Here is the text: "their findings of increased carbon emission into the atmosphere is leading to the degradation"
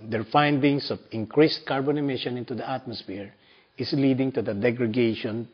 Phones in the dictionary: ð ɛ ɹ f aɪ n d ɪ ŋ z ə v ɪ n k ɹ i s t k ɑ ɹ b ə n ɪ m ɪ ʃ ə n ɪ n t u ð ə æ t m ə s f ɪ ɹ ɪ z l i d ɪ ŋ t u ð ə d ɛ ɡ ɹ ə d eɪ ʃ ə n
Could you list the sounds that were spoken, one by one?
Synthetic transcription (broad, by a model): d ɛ ɹ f aɪ n d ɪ ŋ s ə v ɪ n k ɹ i s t k ɑ ɹ b ə n ɪ m ɪ ʃ ə n ɪ n t u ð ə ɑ t m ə s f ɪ ɹ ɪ s l i d ɪ ŋ t u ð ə d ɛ ɡ ɹ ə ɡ eɪ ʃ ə n